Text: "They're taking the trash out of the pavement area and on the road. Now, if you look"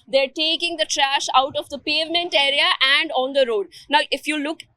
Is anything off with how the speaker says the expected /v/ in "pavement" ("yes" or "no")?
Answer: no